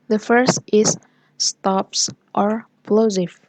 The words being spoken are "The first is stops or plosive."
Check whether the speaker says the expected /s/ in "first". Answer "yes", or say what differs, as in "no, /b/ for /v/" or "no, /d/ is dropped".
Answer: yes